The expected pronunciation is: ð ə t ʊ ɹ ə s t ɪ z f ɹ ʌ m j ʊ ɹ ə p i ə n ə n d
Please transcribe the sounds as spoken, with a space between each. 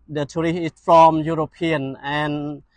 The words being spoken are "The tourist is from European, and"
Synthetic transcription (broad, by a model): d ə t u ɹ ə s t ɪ s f ɹ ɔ m j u ɹ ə p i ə n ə n